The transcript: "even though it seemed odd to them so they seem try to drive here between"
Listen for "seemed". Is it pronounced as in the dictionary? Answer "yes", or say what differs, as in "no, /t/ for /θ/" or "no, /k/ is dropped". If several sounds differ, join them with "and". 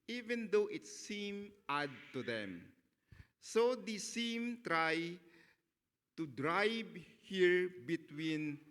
no, /d/ is dropped